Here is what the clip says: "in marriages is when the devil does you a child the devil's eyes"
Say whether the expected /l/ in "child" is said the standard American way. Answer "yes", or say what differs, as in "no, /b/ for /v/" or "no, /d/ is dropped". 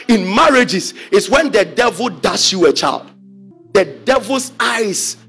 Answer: yes